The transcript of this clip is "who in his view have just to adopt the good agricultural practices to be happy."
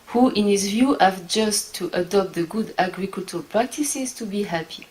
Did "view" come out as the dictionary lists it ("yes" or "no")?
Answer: yes